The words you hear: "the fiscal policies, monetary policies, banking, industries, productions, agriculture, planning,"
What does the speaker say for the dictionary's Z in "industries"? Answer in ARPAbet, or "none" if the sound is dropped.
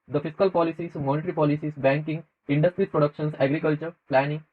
none